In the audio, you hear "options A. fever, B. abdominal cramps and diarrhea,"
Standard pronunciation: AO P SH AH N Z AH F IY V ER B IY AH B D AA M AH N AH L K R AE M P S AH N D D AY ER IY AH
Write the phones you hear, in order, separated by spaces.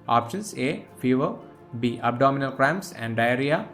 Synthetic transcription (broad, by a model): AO P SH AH N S AH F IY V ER B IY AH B D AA M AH N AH L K R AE M S AH N D D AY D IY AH